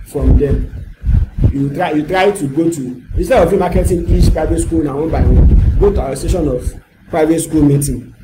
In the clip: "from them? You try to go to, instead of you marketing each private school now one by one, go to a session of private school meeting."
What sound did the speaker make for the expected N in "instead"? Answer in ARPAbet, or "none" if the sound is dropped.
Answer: none